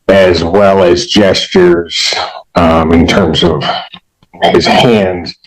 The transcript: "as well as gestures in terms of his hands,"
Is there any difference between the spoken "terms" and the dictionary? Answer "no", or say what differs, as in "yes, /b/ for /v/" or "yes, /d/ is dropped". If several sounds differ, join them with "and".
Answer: no